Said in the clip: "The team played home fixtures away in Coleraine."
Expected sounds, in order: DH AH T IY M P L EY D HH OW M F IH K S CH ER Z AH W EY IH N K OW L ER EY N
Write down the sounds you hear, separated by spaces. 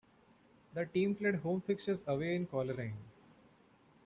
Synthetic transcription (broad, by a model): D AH T IY M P L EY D HH OW M F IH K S ER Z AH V EY IH N K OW L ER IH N